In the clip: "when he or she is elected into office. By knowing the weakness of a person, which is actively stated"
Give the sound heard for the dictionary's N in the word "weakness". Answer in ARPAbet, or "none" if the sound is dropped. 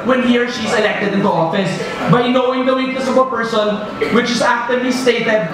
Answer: none